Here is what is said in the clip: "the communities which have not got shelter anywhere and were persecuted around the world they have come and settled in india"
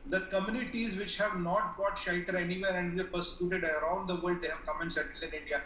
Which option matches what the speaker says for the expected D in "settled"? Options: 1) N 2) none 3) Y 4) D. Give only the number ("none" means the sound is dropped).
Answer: 2